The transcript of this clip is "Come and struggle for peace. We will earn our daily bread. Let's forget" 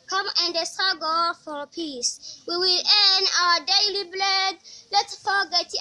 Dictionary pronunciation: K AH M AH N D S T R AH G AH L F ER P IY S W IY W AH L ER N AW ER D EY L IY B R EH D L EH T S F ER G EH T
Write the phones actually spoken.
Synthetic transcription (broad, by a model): K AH M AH N D S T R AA G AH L F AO P IY S W IY W AH L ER N AW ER D EY L IY B L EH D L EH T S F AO G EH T